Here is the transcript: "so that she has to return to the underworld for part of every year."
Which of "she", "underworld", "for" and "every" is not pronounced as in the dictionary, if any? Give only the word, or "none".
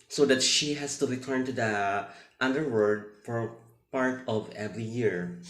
underworld